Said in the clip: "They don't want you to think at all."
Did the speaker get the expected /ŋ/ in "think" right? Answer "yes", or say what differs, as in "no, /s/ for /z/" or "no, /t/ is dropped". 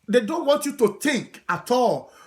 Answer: no, /ŋ/ is dropped